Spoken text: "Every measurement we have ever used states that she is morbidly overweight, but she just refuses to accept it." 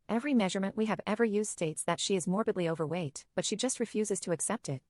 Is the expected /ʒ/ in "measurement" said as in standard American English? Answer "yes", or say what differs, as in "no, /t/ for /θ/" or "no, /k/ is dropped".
yes